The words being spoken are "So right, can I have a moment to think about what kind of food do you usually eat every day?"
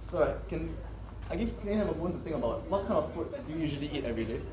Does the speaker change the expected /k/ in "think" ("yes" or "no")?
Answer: yes